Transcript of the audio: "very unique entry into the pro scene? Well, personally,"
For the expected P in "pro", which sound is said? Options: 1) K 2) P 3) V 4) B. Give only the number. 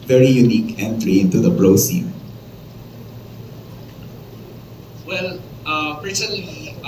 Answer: 4